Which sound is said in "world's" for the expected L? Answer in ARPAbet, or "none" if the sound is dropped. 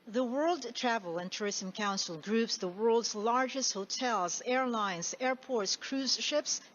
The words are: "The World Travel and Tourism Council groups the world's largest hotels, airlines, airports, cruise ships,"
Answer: L